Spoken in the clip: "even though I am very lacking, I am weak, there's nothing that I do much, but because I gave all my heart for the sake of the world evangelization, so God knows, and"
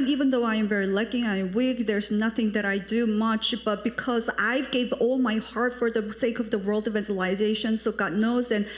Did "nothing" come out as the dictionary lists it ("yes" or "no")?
yes